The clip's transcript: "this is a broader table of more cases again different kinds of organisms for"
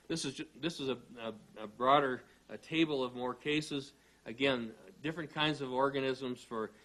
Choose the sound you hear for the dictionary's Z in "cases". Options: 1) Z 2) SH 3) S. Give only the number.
1